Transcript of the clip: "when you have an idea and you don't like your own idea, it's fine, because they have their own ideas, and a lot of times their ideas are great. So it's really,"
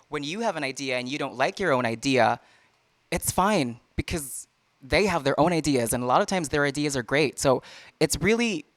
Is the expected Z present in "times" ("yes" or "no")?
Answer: yes